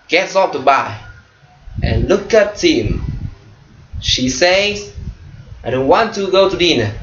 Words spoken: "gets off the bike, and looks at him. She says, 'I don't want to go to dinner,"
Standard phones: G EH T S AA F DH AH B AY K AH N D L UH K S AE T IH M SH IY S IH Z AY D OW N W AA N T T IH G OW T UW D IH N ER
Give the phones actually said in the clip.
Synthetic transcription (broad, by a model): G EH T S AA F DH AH B AY AH N L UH K AE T IH M SH IY S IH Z AY D OW N W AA N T T IH G OW T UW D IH N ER